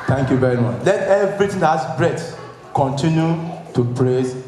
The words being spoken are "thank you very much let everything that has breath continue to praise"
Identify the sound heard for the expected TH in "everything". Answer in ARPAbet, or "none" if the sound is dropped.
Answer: T